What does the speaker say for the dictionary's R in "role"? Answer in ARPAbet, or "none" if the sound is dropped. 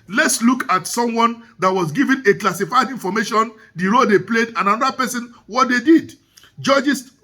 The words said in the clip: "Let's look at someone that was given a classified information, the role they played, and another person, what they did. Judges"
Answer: R